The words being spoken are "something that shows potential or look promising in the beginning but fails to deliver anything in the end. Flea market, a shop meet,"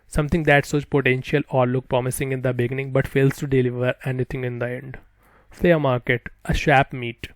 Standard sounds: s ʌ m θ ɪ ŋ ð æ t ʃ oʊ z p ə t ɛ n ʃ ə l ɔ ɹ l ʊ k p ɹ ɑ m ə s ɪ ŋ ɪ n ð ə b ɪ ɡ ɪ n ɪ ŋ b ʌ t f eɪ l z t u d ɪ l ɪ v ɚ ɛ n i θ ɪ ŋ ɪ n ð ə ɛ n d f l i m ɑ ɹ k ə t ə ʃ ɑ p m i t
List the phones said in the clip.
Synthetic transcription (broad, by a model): s ʌ m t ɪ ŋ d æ t s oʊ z p ə t ɛ n ʃ ə l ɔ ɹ l ʊ k p ɹ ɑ m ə s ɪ ŋ ɪ n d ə b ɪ ɡ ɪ n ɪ ŋ b ʌ t f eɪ l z t u d ɪ l ɪ v ɚ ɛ n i t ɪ ŋ ɪ n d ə ɛ n d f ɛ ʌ m ɑ ɹ k ə t ə ʃ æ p m i t